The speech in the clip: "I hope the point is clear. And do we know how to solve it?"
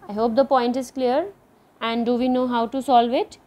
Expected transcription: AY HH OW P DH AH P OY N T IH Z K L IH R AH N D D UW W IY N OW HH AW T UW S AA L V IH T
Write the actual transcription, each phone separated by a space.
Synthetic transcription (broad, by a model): AY HH OW P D AH P OY N T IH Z K L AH R AH N D D UW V IY N OW HH AW T UW S AA L V IH T